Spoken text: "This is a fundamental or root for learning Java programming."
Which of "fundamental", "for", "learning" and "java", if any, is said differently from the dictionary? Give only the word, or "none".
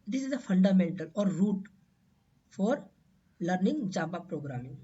java